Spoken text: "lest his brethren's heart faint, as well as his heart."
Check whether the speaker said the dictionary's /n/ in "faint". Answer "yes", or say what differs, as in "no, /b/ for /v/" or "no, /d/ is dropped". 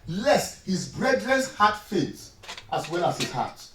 no, /n/ is dropped